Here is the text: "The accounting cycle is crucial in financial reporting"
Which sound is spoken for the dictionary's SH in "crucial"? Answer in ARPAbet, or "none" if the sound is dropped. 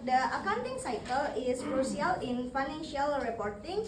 S